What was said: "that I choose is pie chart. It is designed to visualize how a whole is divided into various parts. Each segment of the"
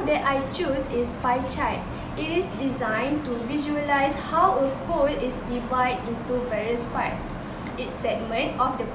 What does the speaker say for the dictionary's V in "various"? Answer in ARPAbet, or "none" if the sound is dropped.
V